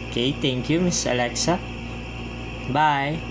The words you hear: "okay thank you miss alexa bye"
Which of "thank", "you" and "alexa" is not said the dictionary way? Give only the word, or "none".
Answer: thank